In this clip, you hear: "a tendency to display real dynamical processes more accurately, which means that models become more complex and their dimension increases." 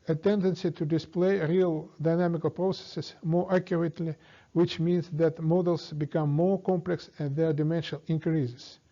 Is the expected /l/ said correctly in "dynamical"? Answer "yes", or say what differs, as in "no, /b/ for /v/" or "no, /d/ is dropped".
yes